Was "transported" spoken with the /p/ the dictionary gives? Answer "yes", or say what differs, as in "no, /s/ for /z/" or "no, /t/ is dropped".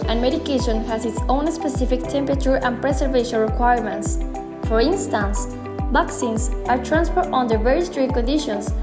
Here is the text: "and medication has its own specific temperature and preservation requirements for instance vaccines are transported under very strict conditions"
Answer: no, /f/ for /p/